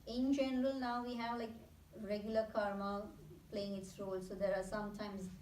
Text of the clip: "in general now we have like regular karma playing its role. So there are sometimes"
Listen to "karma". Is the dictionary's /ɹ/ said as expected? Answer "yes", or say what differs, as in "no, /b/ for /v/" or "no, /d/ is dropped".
yes